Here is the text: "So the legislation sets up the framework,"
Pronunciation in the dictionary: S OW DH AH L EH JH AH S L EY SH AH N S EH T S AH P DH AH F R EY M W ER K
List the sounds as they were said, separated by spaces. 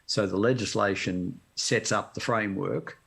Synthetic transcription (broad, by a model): S OW DH AH L EH JH AH S L EY SH AH N S EH T S AH P DH AH F R EY M W ER K